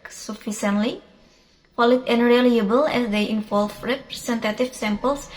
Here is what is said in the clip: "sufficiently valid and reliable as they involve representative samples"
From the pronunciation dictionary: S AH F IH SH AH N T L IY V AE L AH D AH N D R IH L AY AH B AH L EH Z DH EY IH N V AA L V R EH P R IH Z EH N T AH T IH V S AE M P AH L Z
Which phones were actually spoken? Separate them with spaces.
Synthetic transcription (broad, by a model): S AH F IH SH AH N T L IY F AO L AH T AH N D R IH L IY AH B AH L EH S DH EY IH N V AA L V R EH P R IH S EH N T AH T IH F S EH M P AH L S